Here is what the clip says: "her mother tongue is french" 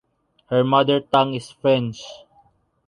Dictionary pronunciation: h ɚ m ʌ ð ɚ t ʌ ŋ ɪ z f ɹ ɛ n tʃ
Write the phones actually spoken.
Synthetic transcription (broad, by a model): h ɚ m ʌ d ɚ t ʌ ŋ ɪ s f ɹ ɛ n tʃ